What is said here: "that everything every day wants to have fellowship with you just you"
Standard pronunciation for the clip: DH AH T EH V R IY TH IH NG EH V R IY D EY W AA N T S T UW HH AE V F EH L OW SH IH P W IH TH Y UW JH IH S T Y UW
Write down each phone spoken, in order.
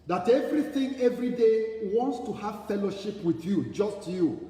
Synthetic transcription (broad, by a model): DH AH T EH V R IY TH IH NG EH V R IY D EY W AA N T S T UW HH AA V F EH L OW SH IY P W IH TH Y UW JH IH S T Y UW